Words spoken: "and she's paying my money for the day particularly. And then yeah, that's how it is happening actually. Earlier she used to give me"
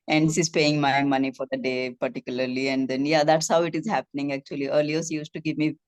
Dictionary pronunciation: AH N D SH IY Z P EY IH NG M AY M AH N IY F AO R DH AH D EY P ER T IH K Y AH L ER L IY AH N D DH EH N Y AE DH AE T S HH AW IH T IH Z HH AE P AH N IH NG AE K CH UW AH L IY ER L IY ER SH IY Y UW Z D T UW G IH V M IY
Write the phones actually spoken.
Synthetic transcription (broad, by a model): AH N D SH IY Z P EY IH NG M AY M AH N IY F AO R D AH D EY P ER T IH K Y AH L ER L IY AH N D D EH N Y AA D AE T S HH AW IH T IH Z HH AE P AH N IH NG AE K CH UW AH L IY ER L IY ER S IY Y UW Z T T UW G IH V M IY